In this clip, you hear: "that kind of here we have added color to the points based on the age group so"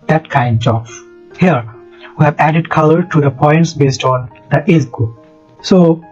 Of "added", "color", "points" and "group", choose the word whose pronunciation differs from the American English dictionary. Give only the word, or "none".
group